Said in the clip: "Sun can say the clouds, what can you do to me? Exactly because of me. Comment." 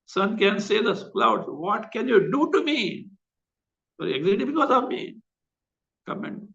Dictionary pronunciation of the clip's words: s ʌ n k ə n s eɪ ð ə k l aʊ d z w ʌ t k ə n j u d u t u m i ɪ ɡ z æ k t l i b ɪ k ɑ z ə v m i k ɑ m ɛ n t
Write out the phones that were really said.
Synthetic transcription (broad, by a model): s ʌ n k ə n s eɪ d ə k l aʊ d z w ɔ t k ə n j u d u t u m i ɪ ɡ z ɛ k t i b ɪ k ɑ z ə v m i k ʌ m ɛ n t